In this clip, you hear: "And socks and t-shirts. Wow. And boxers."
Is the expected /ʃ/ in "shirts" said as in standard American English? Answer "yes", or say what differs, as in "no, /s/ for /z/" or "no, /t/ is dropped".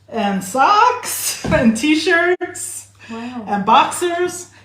yes